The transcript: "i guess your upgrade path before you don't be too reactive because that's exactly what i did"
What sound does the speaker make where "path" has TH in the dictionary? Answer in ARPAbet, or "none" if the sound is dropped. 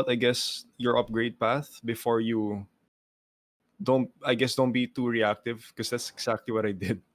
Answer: TH